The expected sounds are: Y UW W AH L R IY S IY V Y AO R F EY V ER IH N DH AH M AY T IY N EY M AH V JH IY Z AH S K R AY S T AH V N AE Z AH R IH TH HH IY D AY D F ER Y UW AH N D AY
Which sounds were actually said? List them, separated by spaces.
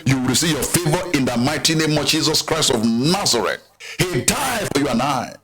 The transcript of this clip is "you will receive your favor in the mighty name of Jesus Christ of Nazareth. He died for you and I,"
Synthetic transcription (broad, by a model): Y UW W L R IY S IY V Y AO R F EY V ER IH N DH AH M AY T IY N EY M AH V JH IY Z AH S K R AY S T AH V N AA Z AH R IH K HH IY D AY D F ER Y UW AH N AY